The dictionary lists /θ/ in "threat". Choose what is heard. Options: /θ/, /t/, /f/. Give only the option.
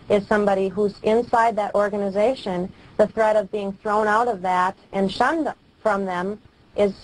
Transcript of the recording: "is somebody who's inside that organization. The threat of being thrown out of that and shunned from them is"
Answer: /θ/